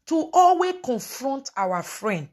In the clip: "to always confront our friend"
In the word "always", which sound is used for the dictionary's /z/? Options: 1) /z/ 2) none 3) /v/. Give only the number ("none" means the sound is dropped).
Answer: 2